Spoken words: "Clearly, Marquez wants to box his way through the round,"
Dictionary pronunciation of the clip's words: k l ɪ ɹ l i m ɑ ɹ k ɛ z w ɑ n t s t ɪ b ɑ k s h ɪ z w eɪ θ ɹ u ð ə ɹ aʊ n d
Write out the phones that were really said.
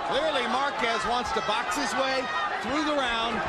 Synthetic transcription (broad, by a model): k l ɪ ɹ l i m ɑ ɹ k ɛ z w ɑ n t s t ɪ b ɑ k s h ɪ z w eɪ θ ɹ u ð ə ɹ aʊ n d